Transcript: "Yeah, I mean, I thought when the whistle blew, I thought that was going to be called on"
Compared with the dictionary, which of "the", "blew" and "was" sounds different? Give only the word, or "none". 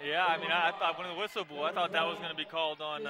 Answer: blew